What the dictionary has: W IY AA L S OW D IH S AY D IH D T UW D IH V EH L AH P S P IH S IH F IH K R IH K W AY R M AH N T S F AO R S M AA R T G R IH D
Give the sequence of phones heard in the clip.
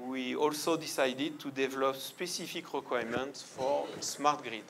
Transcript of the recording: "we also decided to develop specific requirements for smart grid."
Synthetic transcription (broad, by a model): W IY AA L S OW D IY S AY D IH D T UW D IH V EH L AH P S P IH S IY F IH K R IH K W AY M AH N T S F AO R S M AA R T G R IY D